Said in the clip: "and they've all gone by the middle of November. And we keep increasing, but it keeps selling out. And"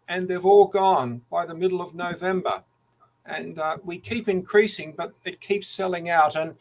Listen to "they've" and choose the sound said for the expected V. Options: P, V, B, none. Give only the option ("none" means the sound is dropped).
V